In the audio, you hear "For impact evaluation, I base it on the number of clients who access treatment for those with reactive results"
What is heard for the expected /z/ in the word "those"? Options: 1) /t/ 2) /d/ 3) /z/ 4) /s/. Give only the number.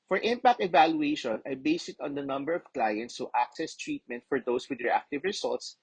4